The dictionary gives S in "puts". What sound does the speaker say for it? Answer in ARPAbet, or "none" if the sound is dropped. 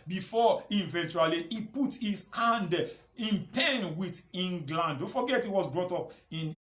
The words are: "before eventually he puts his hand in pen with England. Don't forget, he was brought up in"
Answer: none